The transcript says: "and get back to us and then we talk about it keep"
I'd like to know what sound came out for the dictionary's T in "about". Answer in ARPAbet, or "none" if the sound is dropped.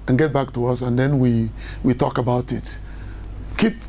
T